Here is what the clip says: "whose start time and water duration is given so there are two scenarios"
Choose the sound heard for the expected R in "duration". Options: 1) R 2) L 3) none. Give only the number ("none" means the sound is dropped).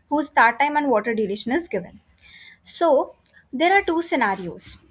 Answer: 2